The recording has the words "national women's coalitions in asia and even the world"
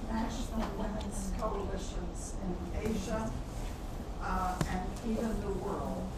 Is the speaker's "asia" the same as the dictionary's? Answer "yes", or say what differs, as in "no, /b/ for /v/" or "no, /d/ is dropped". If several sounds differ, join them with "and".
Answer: yes